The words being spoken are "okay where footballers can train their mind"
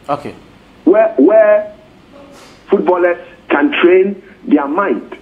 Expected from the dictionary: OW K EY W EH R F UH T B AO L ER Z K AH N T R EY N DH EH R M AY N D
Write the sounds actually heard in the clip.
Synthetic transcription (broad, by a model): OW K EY W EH W F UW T B AO L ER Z K AH N T R EY N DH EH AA M AY N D